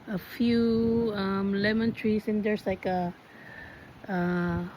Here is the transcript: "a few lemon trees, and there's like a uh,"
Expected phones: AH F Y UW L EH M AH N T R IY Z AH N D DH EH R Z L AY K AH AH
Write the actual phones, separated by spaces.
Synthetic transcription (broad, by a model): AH F Y UW L EH M AH N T R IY S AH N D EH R S L AY K AH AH